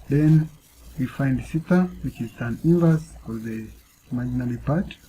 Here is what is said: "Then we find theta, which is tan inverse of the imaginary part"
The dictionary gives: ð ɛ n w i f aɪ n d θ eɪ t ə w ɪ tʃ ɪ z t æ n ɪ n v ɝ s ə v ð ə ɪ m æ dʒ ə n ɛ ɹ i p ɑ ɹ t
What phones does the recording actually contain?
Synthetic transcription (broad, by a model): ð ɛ n w i f aɪ n d s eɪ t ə w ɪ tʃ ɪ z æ n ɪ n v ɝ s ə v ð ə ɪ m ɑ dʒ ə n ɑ l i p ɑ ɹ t